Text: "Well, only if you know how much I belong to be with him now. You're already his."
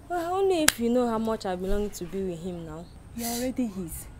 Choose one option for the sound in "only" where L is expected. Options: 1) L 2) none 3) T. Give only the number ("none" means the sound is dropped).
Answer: 2